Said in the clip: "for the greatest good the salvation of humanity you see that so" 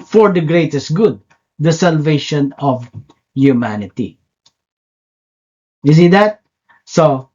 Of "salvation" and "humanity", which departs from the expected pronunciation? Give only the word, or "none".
none